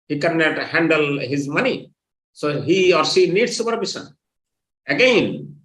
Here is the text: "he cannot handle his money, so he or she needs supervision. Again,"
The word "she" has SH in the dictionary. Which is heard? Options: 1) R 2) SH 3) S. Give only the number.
3